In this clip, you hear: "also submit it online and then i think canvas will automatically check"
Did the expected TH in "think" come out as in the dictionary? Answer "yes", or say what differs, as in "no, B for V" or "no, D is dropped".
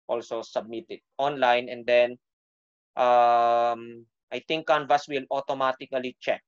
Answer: no, T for TH